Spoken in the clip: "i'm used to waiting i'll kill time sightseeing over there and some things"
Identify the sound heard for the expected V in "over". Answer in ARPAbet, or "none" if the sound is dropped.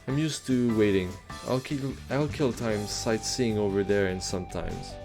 V